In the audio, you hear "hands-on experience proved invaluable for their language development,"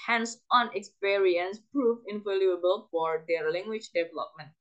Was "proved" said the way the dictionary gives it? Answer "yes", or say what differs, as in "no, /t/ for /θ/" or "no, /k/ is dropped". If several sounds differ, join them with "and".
no, /d/ is dropped